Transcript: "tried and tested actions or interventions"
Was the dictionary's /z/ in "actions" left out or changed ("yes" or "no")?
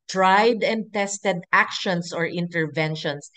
yes